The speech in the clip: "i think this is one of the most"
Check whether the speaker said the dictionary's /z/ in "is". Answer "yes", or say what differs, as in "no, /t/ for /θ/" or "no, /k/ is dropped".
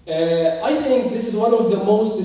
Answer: yes